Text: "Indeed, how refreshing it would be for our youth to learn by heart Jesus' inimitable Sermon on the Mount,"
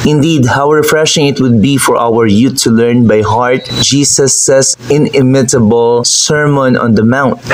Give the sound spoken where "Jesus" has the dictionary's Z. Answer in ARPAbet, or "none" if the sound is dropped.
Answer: S